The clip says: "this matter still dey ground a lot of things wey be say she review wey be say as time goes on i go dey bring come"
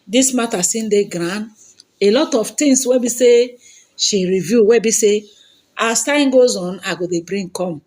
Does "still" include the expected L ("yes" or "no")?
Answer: no